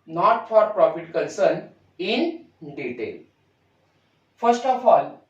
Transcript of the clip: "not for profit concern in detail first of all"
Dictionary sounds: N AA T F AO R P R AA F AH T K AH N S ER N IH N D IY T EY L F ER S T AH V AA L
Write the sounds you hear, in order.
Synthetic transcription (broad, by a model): N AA T F AO R P R AA F AH T K AH N S ER N IH N D IY T EY L F ER S T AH F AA L